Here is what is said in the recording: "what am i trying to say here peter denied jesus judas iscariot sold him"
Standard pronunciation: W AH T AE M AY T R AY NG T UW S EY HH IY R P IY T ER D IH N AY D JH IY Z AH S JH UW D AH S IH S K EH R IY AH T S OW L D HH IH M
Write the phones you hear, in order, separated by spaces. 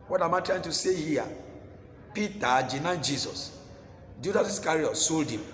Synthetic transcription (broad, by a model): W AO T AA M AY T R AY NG T UW S EY HH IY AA P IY T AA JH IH N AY JH IY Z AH S JH UW D AH S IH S K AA R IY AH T S OW L D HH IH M